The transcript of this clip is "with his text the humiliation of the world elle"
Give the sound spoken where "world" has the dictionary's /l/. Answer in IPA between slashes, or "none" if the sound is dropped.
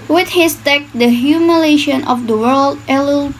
/l/